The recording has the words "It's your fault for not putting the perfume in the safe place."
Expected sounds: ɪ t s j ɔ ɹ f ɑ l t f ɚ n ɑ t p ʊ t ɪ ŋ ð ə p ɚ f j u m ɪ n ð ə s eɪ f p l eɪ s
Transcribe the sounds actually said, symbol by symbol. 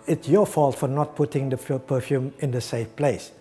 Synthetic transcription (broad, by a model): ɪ t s j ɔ f ɑ l t f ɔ n ɑ t p ʊ t ɪ ŋ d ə p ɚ f j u m ɪ n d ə s eɪ f p l eɪ s